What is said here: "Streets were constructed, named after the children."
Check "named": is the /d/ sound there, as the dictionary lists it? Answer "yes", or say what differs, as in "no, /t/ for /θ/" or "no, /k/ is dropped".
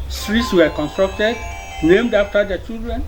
yes